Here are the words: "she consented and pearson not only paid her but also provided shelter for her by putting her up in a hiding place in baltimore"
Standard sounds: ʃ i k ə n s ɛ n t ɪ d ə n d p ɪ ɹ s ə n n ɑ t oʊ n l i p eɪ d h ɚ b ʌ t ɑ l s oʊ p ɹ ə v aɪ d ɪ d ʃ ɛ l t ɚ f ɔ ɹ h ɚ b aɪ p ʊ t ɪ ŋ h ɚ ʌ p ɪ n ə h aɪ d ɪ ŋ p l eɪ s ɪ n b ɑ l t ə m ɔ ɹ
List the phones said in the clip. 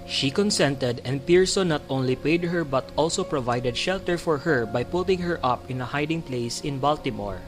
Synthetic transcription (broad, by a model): ʃ i k ə n s ɛ n t ɪ d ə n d p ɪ ɹ s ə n n ɑ t oʊ n l i p eɪ d h ɚ b ʌ t ɑ l s oʊ p ɹ ə v aɪ d ɪ d ʃ ɛ l t ɚ f ɔ ɹ h ɚ b aɪ p ʊ t ɪ ŋ h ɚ ʌ p ɪ n ə h aɪ d ɪ ŋ p l eɪ s ɪ n b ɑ l t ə m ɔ ɹ